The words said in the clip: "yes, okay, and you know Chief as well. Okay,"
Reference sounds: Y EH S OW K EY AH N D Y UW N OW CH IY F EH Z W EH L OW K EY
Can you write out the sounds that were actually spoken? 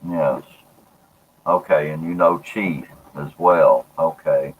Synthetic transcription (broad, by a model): Y EH S OW K EY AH N Y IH N OW CH IY IH Z W EH L OW K EY